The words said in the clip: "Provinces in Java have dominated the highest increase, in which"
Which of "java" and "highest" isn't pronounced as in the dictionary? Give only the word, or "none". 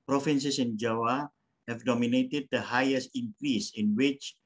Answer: java